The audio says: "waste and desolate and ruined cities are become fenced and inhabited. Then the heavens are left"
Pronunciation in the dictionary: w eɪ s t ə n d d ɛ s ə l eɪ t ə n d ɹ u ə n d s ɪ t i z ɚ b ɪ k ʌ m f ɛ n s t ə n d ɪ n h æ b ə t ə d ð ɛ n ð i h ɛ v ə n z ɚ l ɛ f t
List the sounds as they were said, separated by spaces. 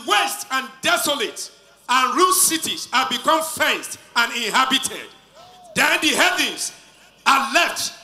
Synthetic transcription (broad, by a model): w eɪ s t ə n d d ɛ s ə l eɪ t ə n ɹ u s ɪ t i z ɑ b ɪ k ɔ m f ɛ n s t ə n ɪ n h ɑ b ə t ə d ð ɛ n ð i h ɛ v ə n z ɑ l ɛ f t